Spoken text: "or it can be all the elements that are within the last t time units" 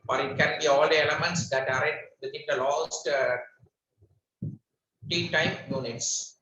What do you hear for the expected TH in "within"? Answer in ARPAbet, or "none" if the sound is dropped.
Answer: T